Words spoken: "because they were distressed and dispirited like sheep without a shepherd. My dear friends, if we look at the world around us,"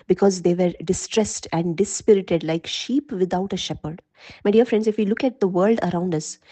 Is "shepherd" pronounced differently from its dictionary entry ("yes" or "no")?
no